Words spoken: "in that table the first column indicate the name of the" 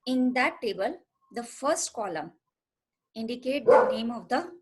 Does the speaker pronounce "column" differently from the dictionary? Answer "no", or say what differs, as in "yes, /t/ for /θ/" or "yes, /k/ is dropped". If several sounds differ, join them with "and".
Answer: no